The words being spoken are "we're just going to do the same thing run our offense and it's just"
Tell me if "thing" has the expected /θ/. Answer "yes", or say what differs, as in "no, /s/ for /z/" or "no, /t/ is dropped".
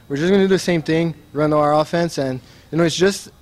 yes